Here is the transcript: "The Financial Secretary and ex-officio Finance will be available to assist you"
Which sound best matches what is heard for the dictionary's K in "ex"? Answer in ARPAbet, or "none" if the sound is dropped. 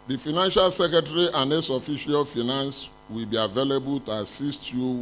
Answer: none